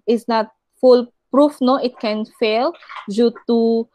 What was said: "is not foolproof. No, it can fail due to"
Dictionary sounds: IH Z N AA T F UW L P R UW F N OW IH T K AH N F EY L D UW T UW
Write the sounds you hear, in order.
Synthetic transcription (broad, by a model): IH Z N AA T F UW L P R UW F N OW IH T K AH N F EY L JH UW T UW